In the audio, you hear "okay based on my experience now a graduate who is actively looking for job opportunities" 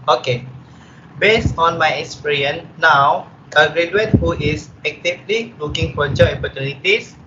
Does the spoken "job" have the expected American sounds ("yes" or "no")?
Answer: no